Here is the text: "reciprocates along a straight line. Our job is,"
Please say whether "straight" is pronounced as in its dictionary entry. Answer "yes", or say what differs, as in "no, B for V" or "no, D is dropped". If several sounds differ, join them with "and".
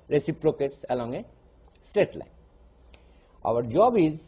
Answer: no, R is dropped